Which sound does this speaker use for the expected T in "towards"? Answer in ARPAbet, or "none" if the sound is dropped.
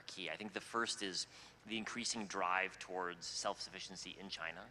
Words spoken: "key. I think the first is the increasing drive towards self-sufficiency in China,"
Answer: T